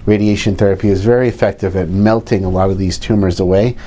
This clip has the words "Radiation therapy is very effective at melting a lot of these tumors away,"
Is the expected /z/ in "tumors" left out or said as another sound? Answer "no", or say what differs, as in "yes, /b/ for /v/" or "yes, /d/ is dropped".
no